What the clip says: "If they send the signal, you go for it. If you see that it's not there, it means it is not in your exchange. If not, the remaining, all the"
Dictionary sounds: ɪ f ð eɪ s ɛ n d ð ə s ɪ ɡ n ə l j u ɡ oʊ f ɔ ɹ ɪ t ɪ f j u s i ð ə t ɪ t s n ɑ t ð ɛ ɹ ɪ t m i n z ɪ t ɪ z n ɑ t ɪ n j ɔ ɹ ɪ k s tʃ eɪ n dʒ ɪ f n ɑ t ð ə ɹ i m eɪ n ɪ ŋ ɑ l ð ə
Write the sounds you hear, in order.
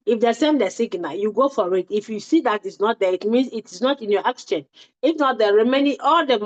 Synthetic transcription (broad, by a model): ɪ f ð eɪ s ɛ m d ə s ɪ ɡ n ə j u ɡ oʊ f ɔ ɹ ɪ t ɪ f j u s i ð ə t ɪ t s n ɑ t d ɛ ɪ t m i n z ɪ t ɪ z n ɑ t ɪ n j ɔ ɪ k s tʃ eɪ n ɪ f n ɑ t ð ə ɹ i m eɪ n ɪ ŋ ɑ l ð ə